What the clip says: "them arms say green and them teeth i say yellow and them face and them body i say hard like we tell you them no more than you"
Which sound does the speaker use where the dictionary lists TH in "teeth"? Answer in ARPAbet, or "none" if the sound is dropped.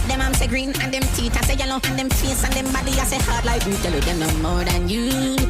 T